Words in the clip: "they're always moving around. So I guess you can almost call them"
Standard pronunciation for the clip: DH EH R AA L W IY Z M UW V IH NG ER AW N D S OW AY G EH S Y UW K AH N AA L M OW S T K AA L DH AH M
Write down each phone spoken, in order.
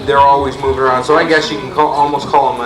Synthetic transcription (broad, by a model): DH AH R AA L W IY Z M UW V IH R AW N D S OW AY G EH S Y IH K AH L AA L M OW S K AA L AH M